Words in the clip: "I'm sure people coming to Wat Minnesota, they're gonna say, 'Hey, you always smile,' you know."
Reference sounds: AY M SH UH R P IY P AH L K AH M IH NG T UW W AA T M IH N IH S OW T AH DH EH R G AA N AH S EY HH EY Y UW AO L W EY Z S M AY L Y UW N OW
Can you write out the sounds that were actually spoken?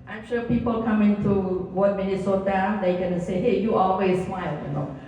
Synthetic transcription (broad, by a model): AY M SH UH P IY P AH L K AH M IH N T UW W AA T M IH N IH S OW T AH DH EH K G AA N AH S EY HH EY Y UW AO L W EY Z S M AY L Y UW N OW